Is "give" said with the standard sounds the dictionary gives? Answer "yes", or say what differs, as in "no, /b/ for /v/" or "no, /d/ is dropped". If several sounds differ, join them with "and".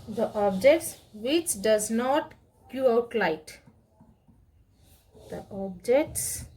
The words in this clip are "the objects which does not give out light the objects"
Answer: no, /v/ is dropped